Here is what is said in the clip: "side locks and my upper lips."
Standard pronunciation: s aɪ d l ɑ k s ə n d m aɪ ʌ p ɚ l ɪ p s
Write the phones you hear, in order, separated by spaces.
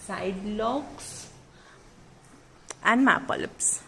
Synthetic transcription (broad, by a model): s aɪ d l ɑ k s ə n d m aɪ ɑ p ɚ l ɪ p s